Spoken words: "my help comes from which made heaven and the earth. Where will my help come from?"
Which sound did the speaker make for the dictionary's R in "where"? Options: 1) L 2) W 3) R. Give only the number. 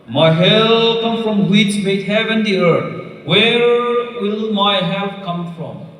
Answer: 3